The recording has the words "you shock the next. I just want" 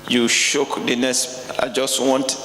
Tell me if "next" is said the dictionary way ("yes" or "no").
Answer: no